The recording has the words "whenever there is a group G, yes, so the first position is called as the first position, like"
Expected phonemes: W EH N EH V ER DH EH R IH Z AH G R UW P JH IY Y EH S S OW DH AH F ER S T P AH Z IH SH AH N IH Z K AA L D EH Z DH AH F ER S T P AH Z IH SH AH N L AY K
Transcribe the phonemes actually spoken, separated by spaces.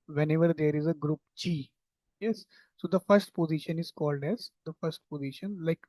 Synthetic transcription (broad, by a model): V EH N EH V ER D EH R IH Z AH G R UW P CH IY Y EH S S OW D AH F ER S T P AH Z IH SH AH N IH Z K AA L D EH Z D AH F ER S T P AH Z IH SH AH N L AY K